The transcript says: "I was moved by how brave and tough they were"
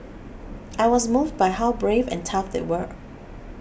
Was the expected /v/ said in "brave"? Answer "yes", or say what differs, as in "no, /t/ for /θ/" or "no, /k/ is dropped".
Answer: yes